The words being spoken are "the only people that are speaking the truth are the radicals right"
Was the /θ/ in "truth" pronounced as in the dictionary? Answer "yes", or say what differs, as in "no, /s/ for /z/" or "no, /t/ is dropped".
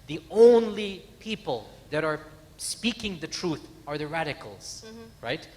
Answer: yes